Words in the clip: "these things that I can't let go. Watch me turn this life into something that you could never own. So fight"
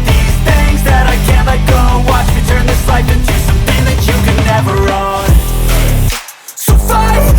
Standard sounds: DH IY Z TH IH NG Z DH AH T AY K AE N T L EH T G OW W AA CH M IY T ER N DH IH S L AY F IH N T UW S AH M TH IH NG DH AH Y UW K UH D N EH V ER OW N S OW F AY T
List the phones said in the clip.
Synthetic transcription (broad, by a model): DH IY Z TH IH NG Z DH AH T AY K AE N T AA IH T G OW W AA CH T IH T ER N DH IH S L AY P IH N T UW S AH M TH IH NG DH AH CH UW K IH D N EH V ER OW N S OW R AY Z